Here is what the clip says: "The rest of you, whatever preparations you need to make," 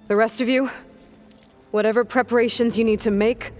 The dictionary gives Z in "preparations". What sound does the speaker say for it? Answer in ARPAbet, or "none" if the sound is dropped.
Z